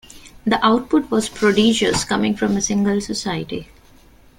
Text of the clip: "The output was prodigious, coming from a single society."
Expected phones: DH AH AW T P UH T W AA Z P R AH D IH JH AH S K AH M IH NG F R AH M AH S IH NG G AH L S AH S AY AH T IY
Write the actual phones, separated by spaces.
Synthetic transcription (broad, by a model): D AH AW T P UH T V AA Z P R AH D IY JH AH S K AH M IH NG F R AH M AH S IH NG G AH L S AH S AY AH T IY